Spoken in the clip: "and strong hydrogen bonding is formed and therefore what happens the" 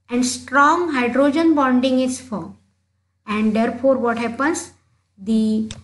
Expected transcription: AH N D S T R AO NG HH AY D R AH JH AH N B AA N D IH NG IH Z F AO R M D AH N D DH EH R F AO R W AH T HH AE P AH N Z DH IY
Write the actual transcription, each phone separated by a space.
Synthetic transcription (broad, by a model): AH N D S T R AO NG HH AY D R AH JH AH N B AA N D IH NG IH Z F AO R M AH N D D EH R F AO R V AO T HH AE P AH N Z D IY